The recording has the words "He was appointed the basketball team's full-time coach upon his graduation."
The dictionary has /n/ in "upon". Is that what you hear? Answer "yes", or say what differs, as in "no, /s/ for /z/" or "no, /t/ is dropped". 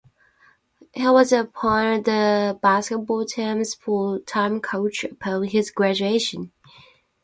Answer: no, /l/ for /n/